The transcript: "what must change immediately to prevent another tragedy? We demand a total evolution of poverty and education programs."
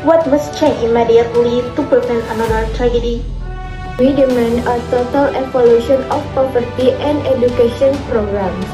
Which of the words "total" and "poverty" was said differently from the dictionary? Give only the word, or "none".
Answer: poverty